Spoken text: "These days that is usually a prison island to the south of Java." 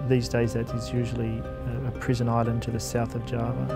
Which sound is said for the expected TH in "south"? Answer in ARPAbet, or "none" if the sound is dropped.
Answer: TH